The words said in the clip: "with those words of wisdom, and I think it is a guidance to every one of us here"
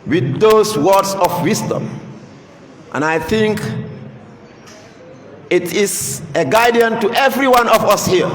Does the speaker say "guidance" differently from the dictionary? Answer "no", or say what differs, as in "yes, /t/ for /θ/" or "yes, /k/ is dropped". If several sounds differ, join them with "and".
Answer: yes, /s/ is dropped